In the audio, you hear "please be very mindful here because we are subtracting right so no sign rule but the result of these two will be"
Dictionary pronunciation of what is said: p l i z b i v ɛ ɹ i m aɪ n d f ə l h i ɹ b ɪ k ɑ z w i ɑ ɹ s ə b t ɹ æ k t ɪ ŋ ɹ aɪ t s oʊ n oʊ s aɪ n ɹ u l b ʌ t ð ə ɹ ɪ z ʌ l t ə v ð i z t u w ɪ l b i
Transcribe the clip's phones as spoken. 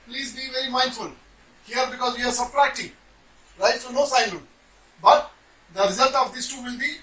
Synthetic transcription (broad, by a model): p l i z b i v ɛ ɹ i m aɪ n d f ə l h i ɹ b ɪ k ɑ z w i ɑ ɹ s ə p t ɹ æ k t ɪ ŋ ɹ aɪ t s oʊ n oʊ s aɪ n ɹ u n b ʌ t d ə ɹ ɪ z ʌ l t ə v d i s t u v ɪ l b i